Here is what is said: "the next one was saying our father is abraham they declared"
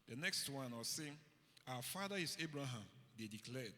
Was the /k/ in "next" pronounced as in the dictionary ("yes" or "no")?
yes